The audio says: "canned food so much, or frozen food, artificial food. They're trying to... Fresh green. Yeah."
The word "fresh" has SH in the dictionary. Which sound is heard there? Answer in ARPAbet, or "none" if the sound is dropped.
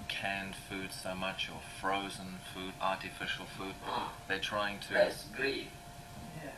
S